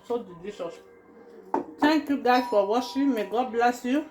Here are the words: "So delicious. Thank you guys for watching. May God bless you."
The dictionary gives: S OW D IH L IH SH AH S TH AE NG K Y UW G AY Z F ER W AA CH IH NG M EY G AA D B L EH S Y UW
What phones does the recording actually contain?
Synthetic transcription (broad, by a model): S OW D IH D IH S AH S T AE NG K Y UW G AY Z F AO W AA SH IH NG M EY G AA B L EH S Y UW